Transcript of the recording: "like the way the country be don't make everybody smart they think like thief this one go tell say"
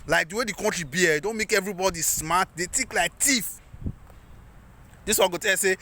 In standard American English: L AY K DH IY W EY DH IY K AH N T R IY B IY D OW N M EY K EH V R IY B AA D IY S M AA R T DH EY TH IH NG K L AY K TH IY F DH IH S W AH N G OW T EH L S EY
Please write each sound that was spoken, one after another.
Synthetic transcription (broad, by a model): L AY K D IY W EY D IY K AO N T R IY B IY D OW N M EY K EH V R IY B AA D IY S M AA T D EY T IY K L AY K T IY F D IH S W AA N G OW T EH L S EY